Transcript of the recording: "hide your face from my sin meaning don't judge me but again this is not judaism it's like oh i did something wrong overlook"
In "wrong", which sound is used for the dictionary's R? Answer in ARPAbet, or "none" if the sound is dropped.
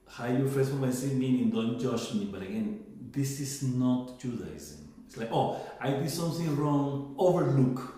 R